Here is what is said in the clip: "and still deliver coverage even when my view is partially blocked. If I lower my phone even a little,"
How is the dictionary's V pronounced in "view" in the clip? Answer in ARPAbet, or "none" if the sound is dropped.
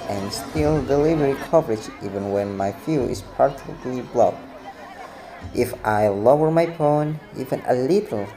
F